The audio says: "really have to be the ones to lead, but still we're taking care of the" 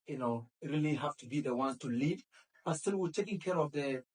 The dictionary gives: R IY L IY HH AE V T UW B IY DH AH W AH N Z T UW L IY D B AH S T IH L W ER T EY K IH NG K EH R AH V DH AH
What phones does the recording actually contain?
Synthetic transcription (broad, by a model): R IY L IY HH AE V T UW B IY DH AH W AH N T UW L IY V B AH S T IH L W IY T EY K IH NG K EH R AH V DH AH